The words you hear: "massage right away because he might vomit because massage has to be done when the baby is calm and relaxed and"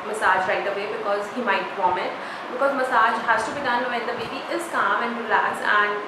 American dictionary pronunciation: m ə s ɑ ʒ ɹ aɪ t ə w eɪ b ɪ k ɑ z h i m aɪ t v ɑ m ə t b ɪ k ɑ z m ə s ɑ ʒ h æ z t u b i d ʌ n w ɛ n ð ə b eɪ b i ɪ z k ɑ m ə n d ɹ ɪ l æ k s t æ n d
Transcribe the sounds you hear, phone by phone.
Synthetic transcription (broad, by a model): m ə s ɑ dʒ ɹ aɪ t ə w eɪ b ɪ k ɑ z h i m aɪ t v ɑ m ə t b ɪ k ɑ z m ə s ɑ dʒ h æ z t u b i d ʌ n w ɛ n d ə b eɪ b i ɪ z k ɑ m ə n d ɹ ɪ l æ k s æ n d